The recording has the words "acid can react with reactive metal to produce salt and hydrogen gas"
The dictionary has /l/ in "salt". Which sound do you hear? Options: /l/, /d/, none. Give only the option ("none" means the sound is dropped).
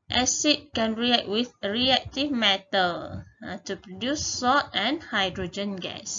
none